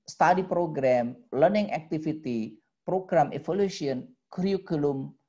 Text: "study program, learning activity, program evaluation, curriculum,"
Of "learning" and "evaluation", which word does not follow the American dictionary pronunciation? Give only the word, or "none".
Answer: evaluation